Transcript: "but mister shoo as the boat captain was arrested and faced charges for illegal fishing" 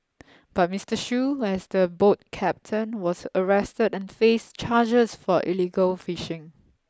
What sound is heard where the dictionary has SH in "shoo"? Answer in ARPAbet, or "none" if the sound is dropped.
SH